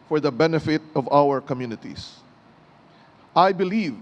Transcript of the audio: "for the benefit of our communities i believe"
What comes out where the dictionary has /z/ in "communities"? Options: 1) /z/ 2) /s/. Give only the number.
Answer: 2